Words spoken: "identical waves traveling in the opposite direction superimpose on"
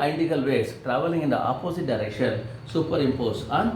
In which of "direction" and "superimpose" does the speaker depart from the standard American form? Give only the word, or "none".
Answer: superimpose